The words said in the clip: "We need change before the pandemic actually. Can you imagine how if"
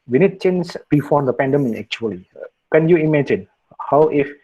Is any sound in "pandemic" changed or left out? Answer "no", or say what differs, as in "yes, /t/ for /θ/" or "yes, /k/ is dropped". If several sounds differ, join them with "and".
yes, /k/ is dropped